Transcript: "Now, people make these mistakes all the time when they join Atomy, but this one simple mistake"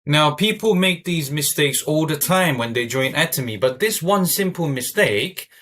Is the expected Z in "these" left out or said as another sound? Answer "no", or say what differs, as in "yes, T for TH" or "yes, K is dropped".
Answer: no